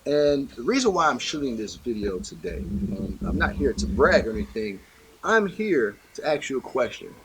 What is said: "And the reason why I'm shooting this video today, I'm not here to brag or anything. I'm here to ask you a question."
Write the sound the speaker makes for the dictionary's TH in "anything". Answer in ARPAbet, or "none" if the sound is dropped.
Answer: TH